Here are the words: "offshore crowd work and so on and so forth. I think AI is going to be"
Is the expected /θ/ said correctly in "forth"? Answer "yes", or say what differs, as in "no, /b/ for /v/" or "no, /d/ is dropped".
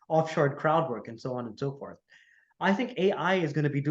yes